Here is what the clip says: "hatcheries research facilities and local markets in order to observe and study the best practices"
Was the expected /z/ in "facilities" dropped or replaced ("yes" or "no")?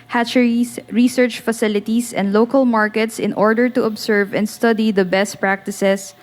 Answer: yes